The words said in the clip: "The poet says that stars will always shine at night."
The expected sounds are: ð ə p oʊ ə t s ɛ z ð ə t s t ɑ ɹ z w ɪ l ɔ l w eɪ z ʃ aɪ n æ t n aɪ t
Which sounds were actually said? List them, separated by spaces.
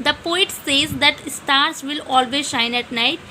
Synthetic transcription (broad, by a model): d ə p oʊ ə t s ɛ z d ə t s t ɑ ɹ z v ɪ l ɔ l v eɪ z ʃ aɪ n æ t n aɪ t